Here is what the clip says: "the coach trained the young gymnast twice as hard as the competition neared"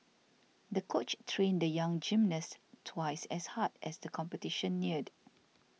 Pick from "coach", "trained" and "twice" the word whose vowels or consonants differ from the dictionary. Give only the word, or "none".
none